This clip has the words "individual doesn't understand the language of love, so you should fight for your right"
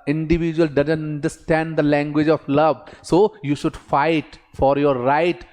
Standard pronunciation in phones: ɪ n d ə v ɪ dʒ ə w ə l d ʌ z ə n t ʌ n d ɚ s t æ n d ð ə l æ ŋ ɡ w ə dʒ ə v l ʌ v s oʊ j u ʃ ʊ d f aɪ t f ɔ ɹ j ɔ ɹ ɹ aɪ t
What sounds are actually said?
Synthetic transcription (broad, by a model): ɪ n d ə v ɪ dʒ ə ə l d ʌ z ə n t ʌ n d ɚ s t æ n d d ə l æ ŋ ɡ w ə dʒ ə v l ʌ v s oʊ j u ʃ ʊ d f aɪ t f ɔ ɹ j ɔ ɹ ɹ aɪ t